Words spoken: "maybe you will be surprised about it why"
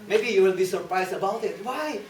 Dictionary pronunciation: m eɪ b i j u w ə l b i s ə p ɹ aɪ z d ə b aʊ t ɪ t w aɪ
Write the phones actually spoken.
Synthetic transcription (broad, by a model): m eɪ b i j u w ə n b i s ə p ɹ aɪ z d ə b aʊ t ɪ t w aɪ